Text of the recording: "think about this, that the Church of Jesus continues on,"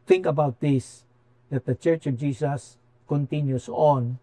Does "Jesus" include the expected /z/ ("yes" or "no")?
no